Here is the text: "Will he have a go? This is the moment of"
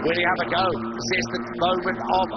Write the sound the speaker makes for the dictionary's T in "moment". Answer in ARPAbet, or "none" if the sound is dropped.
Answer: none